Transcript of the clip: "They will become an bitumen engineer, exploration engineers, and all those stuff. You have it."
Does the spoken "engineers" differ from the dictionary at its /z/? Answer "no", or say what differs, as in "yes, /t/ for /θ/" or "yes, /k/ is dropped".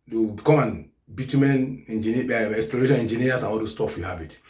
yes, /s/ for /z/